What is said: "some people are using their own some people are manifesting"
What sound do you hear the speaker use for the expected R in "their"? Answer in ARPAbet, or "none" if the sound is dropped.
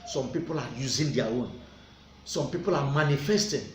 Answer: W